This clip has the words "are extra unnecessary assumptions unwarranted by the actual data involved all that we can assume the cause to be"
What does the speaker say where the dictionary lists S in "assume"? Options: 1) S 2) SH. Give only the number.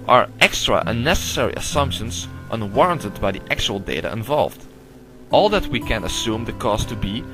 1